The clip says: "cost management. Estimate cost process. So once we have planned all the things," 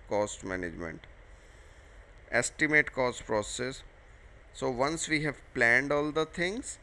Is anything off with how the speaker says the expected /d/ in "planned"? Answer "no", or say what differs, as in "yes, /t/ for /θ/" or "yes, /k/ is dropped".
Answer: no